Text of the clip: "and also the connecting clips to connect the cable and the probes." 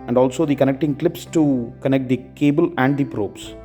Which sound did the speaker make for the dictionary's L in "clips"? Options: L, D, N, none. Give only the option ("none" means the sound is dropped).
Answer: L